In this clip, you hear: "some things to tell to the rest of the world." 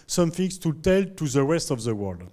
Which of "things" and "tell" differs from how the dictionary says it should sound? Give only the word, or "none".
things